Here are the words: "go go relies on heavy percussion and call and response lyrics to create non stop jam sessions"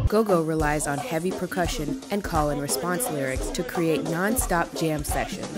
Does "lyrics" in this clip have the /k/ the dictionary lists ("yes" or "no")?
yes